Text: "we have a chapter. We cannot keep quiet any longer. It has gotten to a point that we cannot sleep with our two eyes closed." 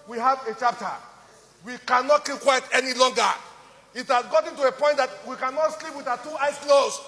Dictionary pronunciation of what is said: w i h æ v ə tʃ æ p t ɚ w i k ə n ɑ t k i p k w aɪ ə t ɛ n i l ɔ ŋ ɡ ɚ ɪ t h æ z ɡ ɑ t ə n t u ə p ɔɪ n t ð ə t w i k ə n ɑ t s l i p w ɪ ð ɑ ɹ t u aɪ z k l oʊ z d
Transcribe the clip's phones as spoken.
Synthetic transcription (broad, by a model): w i h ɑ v ə tʃ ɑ p t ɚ w i k ə n ɑ t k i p k w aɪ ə t ɛ n i l ɔ ŋ ɡ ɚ ɪ t h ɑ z ɡ ɑ t ə n t u ə p ɔɪ n t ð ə t w i k ə n ɑ t s l i p w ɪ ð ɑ t u aɪ s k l oʊ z